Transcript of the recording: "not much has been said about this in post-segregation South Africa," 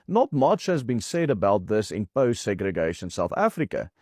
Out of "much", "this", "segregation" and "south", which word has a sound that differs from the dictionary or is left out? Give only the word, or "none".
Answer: none